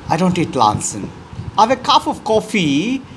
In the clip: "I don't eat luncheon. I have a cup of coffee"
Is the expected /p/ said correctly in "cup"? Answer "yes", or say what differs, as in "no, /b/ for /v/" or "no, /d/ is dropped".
no, /f/ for /p/